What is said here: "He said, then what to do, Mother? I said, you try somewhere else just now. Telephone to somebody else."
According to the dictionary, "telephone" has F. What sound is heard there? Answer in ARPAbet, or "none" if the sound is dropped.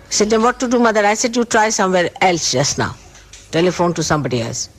F